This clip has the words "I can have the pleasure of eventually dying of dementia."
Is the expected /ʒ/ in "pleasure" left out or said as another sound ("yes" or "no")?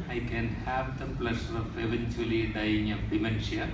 yes